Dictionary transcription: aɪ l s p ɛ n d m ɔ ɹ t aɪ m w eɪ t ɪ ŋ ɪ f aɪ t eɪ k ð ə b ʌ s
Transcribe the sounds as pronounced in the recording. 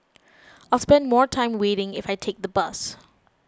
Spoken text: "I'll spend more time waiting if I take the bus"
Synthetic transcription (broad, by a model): aɪ l s p ɛ n d m ɔ ɹ t aɪ m w eɪ t ɪ ŋ ɪ f aɪ t eɪ k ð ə b ʌ s